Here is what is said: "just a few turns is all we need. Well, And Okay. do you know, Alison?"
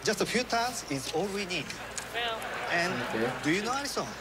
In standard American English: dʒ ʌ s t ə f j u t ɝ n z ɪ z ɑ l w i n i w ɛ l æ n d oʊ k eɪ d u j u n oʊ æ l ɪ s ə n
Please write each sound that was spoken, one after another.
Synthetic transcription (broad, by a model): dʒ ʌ s t ə f j u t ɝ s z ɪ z ɑ l w i n i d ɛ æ n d oʊ k eɪ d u j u n oʊ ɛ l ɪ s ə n